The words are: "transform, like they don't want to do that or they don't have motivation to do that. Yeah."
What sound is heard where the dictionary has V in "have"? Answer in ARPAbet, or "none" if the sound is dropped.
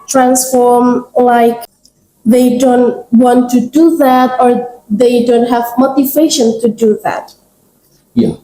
V